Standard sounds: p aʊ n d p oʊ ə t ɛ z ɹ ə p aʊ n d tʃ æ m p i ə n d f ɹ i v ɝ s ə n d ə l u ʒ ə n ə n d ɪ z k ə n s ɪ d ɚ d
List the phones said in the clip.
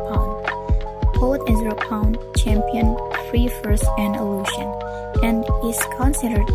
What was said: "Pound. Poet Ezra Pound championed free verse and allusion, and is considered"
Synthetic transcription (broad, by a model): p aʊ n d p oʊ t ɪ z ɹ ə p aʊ n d tʃ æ m p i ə n f ɹ i f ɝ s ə n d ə l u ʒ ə n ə n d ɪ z k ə n s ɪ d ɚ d